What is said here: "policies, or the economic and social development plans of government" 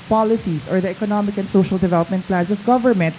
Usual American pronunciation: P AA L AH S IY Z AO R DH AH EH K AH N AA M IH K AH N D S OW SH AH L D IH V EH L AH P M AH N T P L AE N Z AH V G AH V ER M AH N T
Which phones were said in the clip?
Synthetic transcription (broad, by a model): P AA L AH S IY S AO R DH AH EH K AH N AA M IH K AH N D S OW SH AH L D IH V EH L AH P M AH N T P L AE N S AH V G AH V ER M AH N T